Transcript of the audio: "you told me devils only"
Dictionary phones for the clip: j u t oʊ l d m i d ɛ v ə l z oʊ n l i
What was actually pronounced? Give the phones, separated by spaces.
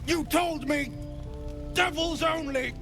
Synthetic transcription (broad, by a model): j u t oʊ l d m i d ɛ v ə l z oʊ n l i